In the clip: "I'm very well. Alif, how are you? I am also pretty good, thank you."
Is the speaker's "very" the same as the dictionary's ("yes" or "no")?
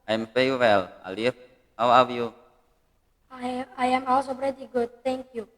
no